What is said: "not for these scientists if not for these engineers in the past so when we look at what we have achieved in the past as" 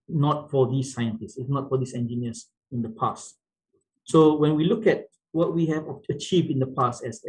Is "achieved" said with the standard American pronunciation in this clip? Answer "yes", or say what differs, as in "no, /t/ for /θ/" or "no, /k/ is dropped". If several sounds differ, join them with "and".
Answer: yes